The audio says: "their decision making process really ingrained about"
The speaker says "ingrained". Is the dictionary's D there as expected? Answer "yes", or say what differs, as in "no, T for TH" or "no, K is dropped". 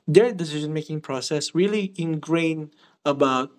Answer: no, D is dropped